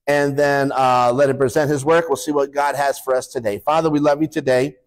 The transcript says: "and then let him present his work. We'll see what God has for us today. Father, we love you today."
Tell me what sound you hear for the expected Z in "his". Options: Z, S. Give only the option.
Z